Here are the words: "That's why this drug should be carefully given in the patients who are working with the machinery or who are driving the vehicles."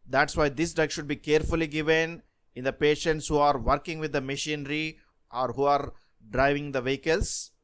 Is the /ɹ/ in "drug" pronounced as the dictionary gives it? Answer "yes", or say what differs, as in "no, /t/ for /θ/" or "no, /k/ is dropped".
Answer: no, /ɹ/ is dropped